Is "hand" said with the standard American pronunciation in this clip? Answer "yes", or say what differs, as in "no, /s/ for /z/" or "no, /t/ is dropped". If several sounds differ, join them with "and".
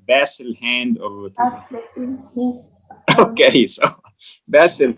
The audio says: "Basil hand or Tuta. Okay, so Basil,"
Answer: yes